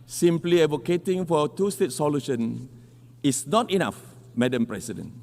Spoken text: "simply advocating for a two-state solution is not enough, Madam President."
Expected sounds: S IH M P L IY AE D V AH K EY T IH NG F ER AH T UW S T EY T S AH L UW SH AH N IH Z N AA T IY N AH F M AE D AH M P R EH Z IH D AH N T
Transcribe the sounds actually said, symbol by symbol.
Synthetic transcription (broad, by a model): S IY M P L IY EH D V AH K EY T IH NG F AH T UW S T EY T S AH L UW SH AH N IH S N AA T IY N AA F M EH D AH M P R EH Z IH D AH N